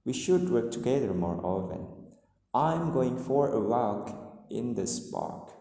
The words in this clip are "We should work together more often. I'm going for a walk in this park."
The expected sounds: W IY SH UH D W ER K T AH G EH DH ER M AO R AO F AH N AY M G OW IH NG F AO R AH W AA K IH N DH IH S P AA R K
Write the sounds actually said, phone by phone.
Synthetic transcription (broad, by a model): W IY SH UH D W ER K T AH G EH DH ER M AO R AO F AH N AY M G OW IH NG F AO R AH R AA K IH N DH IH S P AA R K